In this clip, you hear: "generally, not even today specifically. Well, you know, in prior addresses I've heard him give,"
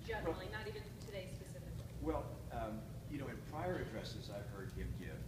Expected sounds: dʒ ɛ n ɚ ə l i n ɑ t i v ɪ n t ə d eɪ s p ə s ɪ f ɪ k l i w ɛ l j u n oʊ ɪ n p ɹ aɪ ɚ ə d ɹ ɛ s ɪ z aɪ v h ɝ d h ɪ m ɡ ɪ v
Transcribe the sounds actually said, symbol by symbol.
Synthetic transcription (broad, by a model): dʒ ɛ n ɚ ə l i n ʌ t i v ɪ n t ə d eɪ s p ə s ɪ f ɪ k l i w ɛ l j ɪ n oʊ ɪ n p ɹ aɪ ɚ ə d ɹ ɛ s ɪ z aɪ v h ɝ d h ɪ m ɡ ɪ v